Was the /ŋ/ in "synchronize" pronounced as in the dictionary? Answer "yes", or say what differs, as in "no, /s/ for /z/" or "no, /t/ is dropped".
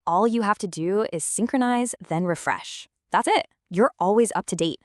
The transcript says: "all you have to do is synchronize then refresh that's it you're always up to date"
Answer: yes